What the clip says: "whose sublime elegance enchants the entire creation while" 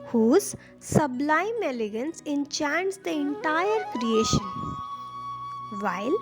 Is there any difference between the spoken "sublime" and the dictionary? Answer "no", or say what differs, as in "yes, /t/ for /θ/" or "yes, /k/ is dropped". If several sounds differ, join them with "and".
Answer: no